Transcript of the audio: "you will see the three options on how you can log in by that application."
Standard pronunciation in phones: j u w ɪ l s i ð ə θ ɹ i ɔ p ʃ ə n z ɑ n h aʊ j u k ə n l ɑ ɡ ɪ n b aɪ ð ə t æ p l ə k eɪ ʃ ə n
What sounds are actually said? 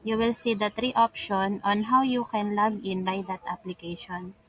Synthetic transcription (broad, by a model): j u w ɪ l s i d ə t ɹ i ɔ p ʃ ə n ɑ n h aʊ j u k ə n l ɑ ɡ ɪ n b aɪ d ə t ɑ p l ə k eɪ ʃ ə n